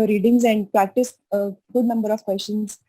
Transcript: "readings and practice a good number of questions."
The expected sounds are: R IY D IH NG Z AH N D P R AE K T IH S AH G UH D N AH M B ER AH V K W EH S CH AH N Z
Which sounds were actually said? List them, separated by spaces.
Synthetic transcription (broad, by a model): R IY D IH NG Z AH N D P R AE K T IH S AH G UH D N AH M B ER AH V K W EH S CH AH N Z